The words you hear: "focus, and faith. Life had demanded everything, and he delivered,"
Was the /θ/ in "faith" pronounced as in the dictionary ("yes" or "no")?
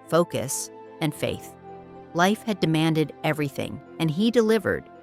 yes